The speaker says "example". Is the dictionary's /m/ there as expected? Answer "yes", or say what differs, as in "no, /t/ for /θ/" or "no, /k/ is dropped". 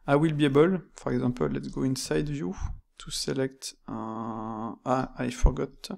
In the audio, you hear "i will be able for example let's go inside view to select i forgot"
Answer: no, /m/ is dropped